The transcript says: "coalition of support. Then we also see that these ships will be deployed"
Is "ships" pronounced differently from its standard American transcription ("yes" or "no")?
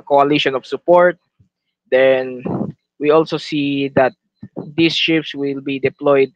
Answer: no